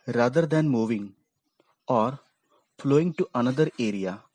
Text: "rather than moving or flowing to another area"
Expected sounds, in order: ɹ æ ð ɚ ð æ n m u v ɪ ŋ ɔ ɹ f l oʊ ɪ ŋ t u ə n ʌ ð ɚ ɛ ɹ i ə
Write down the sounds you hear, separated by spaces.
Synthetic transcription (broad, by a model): ɹ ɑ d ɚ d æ n m u v ɪ ŋ ɔ ɹ f l oʊ ɪ ŋ t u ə n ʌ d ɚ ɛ ɹ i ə